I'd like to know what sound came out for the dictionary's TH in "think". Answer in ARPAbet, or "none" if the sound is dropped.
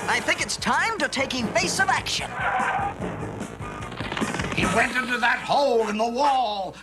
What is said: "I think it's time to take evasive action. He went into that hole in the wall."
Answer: TH